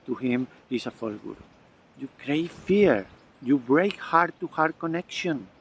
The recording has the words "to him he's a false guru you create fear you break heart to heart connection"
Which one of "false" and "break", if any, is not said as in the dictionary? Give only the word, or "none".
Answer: false